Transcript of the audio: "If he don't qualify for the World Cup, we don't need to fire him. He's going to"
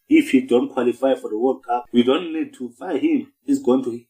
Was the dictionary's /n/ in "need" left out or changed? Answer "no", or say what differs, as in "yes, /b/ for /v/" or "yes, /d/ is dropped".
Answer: no